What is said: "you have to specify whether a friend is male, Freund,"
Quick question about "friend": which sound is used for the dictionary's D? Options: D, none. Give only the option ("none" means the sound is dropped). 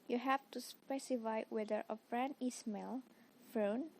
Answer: none